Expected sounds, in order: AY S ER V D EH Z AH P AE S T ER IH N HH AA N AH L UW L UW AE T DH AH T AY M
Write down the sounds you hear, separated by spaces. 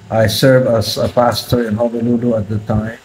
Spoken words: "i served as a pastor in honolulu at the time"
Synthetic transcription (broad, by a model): AY S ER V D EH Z AH P AE S T ER IH N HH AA L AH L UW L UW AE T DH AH T AY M